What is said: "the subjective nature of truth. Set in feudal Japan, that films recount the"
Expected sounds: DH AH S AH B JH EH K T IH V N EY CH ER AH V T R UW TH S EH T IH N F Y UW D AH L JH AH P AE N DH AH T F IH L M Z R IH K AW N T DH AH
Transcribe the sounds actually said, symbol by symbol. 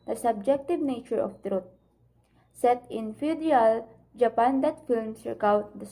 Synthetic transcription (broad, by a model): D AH S AH B JH EH K T IH V N EY CH ER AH F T R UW T S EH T IH N F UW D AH L JH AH P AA N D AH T F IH L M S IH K AW T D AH